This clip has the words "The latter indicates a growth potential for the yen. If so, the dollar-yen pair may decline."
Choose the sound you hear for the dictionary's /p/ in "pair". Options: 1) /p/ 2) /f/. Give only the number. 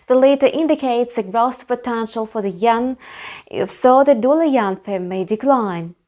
2